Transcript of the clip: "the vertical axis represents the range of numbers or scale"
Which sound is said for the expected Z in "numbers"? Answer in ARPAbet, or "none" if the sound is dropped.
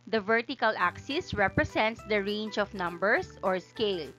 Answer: S